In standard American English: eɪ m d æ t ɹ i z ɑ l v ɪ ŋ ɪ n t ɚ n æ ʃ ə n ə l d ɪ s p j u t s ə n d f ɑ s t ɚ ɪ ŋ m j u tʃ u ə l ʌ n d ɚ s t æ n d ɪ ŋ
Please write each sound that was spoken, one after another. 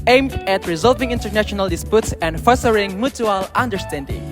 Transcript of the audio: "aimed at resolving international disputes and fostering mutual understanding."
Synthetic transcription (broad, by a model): eɪ m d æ t ɹ i z ɑ l v ɪ ŋ ɪ n t ɚ n æ ʃ ə n ə l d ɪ s p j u t s ə n d f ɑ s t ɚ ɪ ŋ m j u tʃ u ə l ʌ n d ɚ s t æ n d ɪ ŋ